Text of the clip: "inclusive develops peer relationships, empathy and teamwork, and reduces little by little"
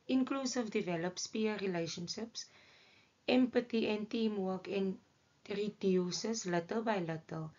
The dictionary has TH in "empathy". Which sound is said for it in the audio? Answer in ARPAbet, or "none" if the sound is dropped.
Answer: T